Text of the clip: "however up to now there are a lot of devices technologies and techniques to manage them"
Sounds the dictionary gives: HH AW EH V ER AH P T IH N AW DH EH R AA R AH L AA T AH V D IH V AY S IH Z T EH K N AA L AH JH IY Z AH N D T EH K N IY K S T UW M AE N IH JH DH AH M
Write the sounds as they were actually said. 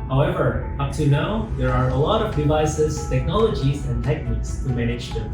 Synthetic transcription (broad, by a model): HH AW EH V ER AH P T IH N AW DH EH R AA R AH L AA T AH V D IH V AY S IH Z T EH K N AA L AH JH IY Z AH N T EH K N IY K S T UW M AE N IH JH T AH